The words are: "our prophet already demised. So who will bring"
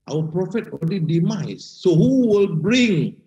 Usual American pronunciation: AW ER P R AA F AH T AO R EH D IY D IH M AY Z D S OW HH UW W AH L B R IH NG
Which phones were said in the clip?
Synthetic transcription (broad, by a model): AW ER P R AA F AH T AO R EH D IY D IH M AY S OW HH UW W AH L B R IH NG